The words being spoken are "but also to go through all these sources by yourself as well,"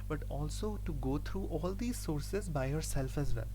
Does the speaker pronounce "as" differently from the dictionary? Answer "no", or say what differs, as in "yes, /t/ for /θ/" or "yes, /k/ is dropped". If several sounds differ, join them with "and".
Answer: no